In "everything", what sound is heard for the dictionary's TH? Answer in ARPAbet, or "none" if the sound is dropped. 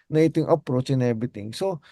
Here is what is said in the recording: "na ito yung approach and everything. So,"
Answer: T